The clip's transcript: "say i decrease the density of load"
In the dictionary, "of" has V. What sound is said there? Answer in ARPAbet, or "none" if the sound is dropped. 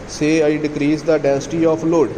P